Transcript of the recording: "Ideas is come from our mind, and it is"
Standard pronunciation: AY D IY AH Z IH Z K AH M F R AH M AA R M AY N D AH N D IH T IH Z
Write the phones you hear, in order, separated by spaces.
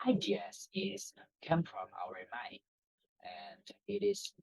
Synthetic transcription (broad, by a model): AY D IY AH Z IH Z K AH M F R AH M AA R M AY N AH N D IH T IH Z